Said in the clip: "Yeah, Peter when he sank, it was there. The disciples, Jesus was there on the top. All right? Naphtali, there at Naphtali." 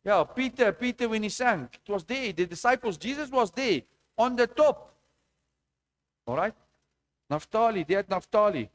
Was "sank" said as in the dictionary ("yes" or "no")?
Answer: no